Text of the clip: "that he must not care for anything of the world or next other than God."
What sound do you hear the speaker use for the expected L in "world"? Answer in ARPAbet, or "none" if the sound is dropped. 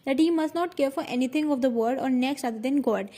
none